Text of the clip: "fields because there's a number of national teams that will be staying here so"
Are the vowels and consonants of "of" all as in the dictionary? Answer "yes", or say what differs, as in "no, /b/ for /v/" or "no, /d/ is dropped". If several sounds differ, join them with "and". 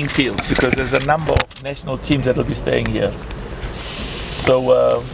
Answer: yes